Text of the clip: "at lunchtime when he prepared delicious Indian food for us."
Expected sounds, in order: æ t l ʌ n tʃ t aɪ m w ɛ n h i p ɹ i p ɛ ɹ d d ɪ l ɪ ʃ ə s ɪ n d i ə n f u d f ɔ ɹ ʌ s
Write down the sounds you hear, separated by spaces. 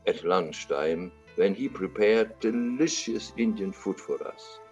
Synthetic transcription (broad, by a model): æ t l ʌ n ʃ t aɪ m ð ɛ n h i p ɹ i p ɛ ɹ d d ɪ l ɪ ʃ ə s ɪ n d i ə n f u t f ɔ ɹ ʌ s